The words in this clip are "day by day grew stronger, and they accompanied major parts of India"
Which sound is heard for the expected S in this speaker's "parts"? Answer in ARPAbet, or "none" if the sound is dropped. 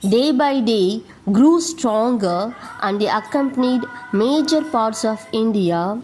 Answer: S